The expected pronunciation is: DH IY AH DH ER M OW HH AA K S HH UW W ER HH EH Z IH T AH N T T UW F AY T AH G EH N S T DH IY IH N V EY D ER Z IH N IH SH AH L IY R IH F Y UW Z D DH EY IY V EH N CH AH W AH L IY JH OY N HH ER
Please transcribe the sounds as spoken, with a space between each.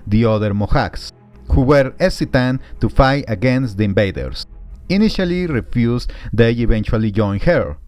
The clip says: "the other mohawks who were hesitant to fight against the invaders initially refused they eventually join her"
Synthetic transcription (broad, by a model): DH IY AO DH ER M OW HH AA K S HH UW W ER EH S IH T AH N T T UW F AY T AH G EH N S T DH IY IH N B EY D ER S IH N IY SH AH L IY R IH F Y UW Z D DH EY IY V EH N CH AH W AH L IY JH OY N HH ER